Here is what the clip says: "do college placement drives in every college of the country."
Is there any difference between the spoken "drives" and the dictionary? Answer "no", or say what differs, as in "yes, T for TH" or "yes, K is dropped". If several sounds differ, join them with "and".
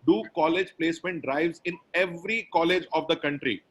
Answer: no